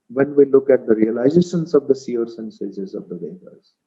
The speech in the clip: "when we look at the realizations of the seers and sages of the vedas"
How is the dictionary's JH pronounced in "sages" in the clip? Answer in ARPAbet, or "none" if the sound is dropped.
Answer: Z